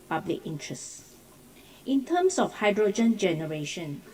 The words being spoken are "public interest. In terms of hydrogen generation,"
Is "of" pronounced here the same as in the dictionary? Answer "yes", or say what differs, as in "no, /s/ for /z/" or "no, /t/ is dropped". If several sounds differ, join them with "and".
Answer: no, /f/ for /v/